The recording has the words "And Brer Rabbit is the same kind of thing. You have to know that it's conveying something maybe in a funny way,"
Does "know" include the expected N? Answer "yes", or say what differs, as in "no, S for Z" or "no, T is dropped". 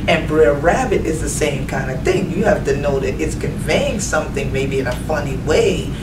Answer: yes